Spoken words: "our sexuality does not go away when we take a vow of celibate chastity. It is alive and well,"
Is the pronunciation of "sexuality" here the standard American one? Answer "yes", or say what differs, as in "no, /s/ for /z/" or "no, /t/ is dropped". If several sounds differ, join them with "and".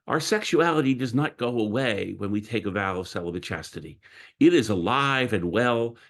yes